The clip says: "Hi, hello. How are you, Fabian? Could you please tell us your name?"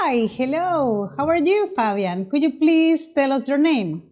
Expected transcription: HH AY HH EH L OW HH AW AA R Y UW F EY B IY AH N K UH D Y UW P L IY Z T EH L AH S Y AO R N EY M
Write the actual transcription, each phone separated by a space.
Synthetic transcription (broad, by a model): AY HH EH L OW HH AW AA R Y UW F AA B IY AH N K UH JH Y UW P L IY S T EH L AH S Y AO R N EY M